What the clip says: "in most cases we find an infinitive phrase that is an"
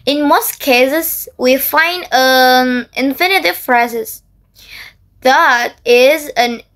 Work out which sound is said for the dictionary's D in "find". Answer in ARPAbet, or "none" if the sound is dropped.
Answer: D